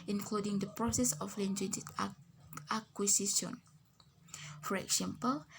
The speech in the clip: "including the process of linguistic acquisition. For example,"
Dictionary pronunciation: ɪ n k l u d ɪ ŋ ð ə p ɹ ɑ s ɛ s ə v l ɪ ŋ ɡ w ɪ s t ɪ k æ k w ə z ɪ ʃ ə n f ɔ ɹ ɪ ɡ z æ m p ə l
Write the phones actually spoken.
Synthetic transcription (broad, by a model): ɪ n k l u d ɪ ŋ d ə p ɹ ɑ s ɛ s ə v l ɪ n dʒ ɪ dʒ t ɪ ɑ k w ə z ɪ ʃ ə n f ɔ ɹ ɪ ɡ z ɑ m p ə l